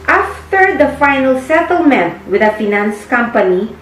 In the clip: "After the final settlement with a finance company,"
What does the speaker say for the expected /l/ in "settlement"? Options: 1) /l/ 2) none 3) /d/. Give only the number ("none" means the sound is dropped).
1